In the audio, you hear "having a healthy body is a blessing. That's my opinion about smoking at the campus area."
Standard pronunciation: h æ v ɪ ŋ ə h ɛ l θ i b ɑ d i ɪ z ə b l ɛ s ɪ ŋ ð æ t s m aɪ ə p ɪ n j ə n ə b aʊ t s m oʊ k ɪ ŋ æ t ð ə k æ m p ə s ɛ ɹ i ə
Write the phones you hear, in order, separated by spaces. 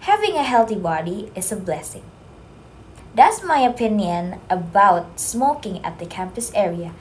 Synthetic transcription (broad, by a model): h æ v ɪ ŋ ə h ɛ l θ i b ɑ d i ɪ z ə b l ɛ s ɪ ŋ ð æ t s m aɪ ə p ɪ n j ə n ə b aʊ t s m oʊ k ɪ ŋ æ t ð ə k æ m p ə s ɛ ɹ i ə